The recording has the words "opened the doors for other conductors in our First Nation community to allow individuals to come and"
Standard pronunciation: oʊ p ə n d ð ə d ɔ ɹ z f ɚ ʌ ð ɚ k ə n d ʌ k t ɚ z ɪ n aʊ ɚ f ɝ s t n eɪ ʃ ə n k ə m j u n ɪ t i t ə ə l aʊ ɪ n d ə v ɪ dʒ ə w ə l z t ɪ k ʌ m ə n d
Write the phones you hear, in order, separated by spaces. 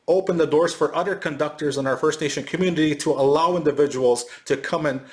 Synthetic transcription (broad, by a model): oʊ p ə n ð ə d ɔ ɹ z f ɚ ʌ ð ɚ k ə n d ʌ k t ɚ z ɪ n aʊ ɚ f ɝ s t n eɪ ʃ ə n k ə m j u n ɪ t i t ə ə l aʊ ɪ n d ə v ɪ dʒ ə w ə l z t ɪ k ʌ m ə n